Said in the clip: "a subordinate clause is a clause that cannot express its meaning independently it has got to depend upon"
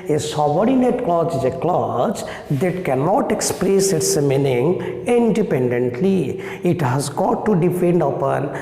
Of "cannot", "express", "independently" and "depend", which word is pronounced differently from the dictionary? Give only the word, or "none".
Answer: depend